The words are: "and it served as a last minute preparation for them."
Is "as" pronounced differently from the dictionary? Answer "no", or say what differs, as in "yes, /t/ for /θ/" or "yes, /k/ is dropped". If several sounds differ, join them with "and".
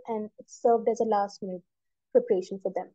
no